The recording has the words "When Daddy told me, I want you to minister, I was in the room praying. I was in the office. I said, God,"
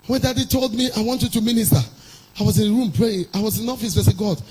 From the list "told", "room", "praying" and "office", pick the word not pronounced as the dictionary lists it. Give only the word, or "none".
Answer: none